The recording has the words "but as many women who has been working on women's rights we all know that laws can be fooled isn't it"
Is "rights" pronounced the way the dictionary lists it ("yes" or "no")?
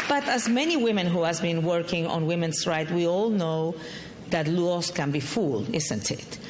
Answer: no